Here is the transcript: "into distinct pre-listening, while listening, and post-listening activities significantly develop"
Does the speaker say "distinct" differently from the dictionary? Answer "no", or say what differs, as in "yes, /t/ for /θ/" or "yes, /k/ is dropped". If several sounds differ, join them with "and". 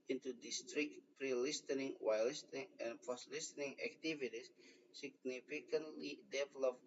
yes, /ŋ/ is dropped